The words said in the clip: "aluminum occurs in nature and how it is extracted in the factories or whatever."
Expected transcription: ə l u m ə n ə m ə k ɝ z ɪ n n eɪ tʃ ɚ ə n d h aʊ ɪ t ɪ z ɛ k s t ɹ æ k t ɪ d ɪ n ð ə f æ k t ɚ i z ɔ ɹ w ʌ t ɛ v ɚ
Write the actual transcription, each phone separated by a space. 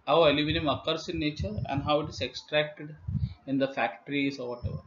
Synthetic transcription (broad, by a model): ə l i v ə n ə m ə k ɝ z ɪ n n eɪ tʃ ɚ ə n d h aʊ ɪ t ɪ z ɛ k s t ɹ æ k t ɪ d ɪ n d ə f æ k t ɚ i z ɔ ɹ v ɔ t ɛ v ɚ